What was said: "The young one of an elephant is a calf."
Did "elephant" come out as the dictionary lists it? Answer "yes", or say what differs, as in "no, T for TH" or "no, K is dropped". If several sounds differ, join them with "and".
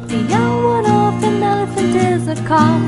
no, L is dropped